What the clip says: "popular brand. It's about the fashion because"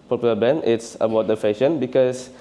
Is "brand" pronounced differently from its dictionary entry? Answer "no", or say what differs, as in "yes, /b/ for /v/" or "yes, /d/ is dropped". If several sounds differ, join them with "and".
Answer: yes, /ɹ/ is dropped